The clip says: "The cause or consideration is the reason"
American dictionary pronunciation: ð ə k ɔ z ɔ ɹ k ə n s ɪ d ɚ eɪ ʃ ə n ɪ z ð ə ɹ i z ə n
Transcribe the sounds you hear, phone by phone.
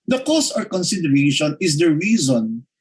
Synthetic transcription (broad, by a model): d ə k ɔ s ɔ ɹ k ə n s ɪ d ɚ eɪ ʃ ə n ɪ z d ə ɹ i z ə n